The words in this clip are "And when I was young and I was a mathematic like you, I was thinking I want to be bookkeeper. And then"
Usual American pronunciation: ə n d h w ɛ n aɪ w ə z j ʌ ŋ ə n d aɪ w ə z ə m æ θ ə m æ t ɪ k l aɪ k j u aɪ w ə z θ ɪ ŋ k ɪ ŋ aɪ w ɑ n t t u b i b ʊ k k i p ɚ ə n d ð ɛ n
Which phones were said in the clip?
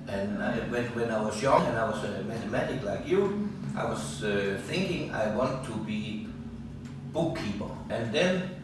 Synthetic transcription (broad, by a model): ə n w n w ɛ n aɪ w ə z j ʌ ŋ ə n aɪ w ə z ə m æ θ ə m æ t ɪ k l aɪ k j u aɪ w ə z θ ɪ ŋ k ɪ ŋ aɪ w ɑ n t t u b i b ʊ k k i p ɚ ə n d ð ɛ n